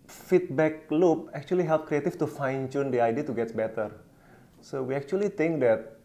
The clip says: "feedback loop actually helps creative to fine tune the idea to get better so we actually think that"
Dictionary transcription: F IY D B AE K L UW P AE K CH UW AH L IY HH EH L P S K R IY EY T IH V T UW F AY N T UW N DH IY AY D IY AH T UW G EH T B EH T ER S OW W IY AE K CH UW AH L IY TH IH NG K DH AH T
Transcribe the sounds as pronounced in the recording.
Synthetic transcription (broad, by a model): F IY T B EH K L UW P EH K CH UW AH L IY HH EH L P K R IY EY T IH F T UW F AY N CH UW N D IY AY D IY AH T UW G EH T B EH T ER S OW W IY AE K CH UW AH L IY T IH NG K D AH T